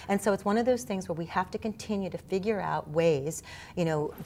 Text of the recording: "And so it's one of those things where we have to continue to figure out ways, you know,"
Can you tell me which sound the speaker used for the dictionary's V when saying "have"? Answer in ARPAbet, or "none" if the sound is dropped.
F